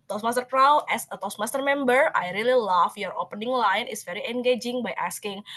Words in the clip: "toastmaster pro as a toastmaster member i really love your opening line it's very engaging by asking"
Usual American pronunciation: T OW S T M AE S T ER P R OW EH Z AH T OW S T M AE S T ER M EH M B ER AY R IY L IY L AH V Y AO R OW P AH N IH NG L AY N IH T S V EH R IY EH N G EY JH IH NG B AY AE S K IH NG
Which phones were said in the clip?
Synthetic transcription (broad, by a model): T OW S M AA S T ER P R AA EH S AH T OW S M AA S T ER M EH M B ER AY R IY L IY L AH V Y AO R OW P AH N IH NG L AY N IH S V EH R IY EH N G EY JH IH NG B AY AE S K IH NG